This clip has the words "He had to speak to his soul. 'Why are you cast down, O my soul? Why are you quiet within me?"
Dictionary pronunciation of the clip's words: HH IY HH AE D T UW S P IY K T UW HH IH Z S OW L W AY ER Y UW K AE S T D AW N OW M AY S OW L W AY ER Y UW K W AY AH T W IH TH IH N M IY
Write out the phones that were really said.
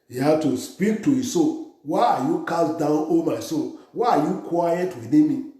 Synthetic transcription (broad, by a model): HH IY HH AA T UW S P IY K T UW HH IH S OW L W AY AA Y UW K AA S D AW N OW M AY S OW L W AY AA Y UW K W AY AH T W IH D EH M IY